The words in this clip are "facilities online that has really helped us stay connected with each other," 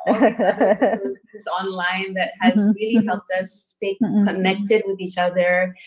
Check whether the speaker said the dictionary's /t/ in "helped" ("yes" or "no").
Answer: yes